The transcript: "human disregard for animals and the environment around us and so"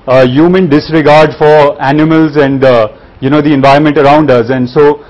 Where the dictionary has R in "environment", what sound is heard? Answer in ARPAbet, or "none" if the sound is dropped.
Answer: R